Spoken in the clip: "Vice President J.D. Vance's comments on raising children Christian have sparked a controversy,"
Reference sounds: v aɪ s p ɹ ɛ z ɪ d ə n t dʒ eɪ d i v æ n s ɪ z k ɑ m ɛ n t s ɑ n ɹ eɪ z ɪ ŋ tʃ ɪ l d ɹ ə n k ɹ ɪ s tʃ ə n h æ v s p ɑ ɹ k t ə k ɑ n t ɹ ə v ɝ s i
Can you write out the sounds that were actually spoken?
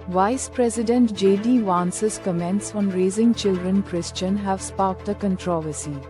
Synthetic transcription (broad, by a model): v aɪ s p ɹ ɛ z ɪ d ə n t dʒ eɪ d i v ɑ n s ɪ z k ɑ m ɛ n t s ɑ n ɹ eɪ z ɪ ŋ tʃ ɪ l d ɹ ə n k ɹ ɪ s tʃ ə n h æ v s p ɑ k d ə k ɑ n t ɹ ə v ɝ s i